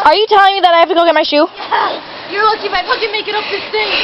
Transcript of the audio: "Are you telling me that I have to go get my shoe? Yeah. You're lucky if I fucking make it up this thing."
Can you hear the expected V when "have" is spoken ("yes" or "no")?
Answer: no